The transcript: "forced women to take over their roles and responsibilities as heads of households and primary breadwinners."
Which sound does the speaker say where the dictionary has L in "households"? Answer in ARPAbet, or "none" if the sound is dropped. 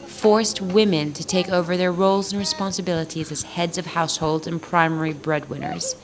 L